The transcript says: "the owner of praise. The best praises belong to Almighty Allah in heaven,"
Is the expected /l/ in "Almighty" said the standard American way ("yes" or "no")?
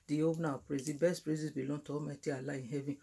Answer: no